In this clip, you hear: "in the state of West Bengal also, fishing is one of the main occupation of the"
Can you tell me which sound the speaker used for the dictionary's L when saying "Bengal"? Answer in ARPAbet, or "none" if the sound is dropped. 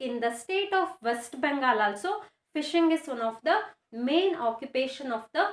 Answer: L